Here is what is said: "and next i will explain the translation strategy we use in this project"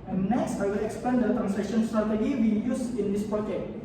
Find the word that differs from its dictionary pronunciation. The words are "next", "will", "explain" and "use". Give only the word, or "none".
explain